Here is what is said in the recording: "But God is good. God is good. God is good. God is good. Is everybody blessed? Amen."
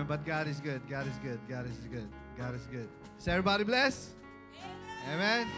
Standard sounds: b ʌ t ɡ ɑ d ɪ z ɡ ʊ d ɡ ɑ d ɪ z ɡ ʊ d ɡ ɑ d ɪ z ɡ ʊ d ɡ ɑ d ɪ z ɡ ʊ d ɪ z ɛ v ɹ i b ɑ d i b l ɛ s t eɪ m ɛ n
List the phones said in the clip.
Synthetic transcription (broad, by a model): b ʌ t ɡ ɑ d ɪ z ɡ ʊ d ɡ ɑ d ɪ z ɡ ʊ d ɡ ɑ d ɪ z ɡ ʊ d ɡ ɑ d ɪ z ɡ ʊ d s ɛ v ɹ i b ɑ d i b l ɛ s eɪ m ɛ n